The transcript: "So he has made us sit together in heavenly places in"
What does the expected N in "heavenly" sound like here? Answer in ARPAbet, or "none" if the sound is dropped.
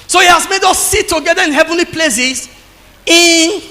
N